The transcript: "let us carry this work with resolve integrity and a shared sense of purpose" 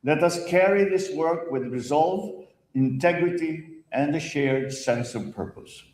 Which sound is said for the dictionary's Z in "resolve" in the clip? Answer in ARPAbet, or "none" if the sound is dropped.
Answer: Z